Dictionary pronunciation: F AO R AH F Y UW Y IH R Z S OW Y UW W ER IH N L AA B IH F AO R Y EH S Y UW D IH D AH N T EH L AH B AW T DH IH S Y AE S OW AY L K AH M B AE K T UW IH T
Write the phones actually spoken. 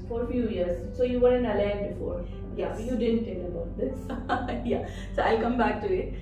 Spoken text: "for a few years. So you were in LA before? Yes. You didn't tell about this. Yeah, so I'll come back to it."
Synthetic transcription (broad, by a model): F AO R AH F Y UW Y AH R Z S OW Y UW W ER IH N L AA B IH F AO R Y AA Y UW D IH D AH N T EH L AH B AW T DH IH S Y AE S OW AY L K AH M B AE K T UW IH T